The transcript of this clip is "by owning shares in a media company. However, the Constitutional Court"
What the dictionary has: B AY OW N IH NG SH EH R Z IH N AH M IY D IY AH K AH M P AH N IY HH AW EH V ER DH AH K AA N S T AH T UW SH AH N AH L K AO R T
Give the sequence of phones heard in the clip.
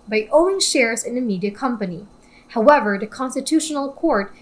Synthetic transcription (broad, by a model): B AY OW IH NG SH EH R Z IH N AH M IY D IY AH K AH M P AH N IY HH AW EH V ER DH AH K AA N S T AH T UW SH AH N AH L K AO R T